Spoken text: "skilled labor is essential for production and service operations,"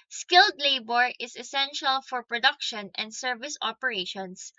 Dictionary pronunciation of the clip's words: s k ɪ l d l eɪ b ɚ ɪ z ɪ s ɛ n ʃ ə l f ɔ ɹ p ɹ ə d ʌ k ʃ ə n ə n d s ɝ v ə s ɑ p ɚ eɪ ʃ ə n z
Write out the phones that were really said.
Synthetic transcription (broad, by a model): s k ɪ l d l eɪ b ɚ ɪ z ɪ s ɛ n ʃ ə l f ɔ ɹ p ɹ ə d ʌ k ʃ ə n ə n d s ɝ v ə s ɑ p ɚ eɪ ʃ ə n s